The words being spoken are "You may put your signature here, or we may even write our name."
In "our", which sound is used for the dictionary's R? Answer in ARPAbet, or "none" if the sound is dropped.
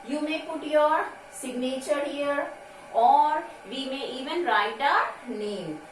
R